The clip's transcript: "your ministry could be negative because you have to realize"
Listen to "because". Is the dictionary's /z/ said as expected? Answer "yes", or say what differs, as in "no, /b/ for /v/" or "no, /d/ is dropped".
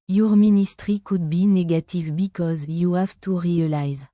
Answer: yes